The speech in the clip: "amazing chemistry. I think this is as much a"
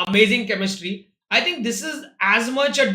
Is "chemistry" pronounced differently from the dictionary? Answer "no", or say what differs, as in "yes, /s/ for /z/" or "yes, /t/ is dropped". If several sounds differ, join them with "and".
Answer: no